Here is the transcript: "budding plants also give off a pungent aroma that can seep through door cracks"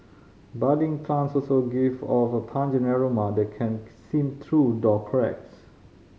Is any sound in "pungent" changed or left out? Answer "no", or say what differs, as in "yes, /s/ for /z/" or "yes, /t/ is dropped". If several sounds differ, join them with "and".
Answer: yes, /t/ is dropped